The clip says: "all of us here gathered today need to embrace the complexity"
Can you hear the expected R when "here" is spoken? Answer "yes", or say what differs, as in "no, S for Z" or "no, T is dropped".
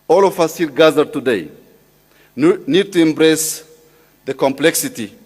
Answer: no, L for R